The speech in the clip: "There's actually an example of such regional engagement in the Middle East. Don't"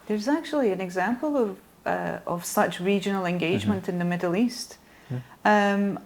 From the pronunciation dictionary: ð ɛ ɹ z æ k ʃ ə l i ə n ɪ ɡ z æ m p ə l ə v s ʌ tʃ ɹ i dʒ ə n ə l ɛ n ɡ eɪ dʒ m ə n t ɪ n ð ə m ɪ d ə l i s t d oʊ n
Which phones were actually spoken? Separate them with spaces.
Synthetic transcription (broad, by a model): ð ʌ ɹ z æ k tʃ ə l i ə n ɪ ɡ z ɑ m p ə l ə v s ʌ tʃ ɹ i dʒ ə n ə l ɛ n ɡ eɪ dʒ m ə n t ɪ n ð ə m ɪ d l i s t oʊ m